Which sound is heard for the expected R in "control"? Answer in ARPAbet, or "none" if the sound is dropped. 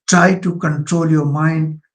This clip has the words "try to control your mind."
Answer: R